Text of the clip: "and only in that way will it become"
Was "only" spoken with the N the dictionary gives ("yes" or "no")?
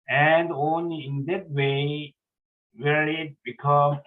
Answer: yes